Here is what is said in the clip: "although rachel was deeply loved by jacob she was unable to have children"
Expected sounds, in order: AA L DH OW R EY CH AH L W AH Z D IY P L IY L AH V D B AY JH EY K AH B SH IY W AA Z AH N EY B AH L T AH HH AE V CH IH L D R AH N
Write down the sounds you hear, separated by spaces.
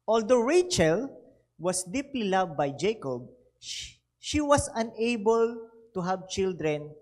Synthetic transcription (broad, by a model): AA L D OW R EY CH AH L W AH S D IY P L IY L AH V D B AY JH EY K AH B SH IY W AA S AH N EY B AH L T AH HH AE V CH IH L D R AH N